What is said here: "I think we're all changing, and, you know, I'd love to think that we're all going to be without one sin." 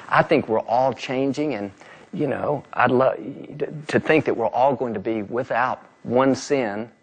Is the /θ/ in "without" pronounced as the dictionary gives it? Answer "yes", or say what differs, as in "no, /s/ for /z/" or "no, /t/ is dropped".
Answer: yes